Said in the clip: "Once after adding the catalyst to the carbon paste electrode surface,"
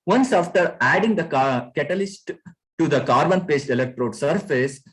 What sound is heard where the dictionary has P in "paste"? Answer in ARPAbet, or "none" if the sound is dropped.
P